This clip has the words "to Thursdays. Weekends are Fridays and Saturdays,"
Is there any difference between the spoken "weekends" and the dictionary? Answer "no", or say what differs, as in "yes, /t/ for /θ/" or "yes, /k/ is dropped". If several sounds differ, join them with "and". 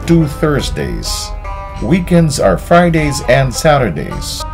no